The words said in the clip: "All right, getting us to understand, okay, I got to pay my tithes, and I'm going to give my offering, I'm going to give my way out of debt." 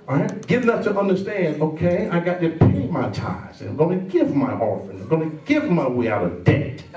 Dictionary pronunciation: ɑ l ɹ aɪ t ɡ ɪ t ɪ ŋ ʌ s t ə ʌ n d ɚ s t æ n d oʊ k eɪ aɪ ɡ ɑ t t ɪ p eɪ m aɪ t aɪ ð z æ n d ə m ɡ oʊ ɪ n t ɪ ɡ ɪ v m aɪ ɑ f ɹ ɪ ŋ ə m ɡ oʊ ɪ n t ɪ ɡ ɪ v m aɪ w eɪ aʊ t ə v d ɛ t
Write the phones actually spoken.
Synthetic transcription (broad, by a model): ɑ ɹ aɪ t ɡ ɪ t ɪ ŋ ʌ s t ə ʌ n d ɚ s t æ n d oʊ k eɪ aɪ ɡ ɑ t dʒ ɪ p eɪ m aɪ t aɪ z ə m ɡ oʊ ɪ n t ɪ ɡ ɪ v m aɪ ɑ ɹ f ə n ɡ oʊ ɪ n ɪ ɡ ɪ v m aɪ w eɪ aʊ t ə v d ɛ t